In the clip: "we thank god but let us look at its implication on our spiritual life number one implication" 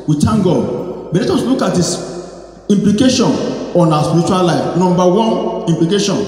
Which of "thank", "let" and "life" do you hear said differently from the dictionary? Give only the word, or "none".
thank